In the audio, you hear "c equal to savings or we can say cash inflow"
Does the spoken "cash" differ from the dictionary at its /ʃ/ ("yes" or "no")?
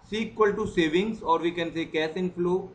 yes